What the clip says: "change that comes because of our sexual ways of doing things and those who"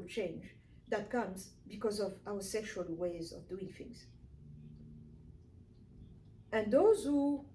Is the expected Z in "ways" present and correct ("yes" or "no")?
yes